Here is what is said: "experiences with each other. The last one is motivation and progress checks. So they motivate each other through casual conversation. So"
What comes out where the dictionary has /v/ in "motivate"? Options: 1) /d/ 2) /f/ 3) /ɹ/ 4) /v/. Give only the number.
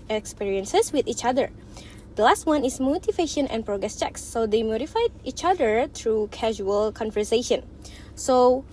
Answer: 2